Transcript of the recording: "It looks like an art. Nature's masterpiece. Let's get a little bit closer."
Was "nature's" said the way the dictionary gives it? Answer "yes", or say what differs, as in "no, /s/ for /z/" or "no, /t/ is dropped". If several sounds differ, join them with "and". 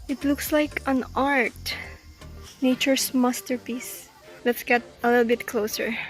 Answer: no, /s/ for /z/